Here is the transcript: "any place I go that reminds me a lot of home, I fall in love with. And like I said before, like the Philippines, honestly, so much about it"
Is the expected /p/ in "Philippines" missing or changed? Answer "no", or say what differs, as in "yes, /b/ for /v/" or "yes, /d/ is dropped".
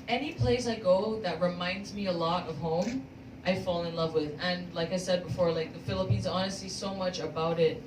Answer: no